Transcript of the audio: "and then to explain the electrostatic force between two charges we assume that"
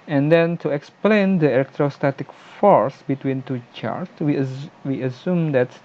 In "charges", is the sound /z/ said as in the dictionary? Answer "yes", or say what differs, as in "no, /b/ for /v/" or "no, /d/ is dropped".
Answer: no, /z/ is dropped